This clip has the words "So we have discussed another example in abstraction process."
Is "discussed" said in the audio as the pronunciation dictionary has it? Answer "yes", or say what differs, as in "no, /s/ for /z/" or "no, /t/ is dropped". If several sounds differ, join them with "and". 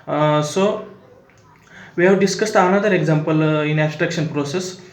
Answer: yes